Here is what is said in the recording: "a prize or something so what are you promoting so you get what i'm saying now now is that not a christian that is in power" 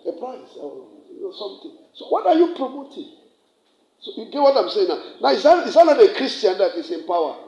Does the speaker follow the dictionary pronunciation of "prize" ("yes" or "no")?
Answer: no